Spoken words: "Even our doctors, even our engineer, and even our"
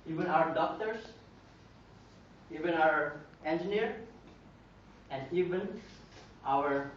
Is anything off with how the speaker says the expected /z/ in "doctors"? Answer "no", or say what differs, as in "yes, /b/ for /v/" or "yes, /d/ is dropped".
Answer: yes, /s/ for /z/